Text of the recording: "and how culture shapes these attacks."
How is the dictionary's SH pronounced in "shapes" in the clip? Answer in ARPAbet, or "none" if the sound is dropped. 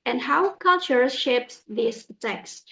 SH